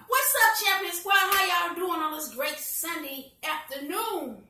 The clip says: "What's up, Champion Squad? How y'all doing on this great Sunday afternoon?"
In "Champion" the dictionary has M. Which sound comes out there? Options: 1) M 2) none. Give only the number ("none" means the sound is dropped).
2